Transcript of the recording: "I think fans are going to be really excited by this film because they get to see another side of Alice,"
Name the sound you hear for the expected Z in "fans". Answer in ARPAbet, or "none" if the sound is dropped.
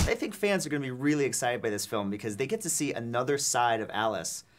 Z